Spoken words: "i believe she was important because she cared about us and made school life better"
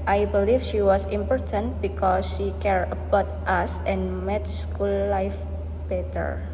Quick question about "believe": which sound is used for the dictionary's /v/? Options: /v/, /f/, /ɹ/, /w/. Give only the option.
/f/